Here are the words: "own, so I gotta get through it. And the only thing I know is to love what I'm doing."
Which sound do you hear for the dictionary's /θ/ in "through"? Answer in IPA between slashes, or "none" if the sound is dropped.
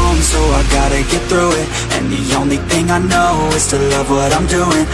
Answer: /θ/